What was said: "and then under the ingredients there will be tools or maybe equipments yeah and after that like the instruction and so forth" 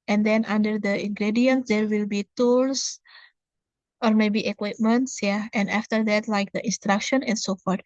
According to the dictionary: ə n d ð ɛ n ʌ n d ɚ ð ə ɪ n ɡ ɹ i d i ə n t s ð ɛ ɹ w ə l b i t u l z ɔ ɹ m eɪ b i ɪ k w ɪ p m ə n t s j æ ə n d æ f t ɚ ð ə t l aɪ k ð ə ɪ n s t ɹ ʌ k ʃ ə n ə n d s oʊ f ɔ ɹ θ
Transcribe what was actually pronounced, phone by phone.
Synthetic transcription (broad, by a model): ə n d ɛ n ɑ n d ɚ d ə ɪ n ɡ ɹ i d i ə n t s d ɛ ɹ w ə l b i t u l s ɔ ɹ m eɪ b i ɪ k w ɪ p m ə n t s j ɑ ə n d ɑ f t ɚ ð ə t l aɪ k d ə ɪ n s t ɹ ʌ k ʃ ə n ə n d s oʊ f ɔ ɹ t